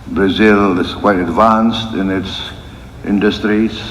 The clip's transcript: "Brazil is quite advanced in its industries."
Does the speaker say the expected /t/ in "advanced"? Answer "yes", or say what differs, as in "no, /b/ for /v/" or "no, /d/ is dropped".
yes